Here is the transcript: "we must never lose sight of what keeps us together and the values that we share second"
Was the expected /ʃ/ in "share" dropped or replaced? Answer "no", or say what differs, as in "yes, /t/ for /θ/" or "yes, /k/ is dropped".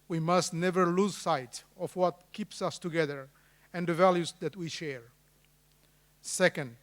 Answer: no